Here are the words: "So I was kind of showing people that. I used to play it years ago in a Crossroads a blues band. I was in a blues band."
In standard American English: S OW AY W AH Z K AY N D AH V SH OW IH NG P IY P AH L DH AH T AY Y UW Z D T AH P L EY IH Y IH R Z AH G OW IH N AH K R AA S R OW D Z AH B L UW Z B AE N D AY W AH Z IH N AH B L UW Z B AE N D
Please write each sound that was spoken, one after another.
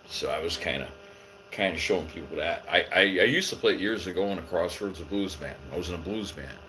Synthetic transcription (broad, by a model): S OW AY W AH Z K AY N D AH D SH OW IH NG P IY P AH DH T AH T AY Y UW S T AH P L EY IH Y IH R Z AH G OW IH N AH K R AA S OW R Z AH B L UW Z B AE N AY W AH Z IH N AH B L UW Z B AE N